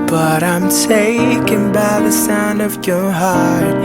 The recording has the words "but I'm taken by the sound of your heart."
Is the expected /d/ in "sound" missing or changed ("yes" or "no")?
no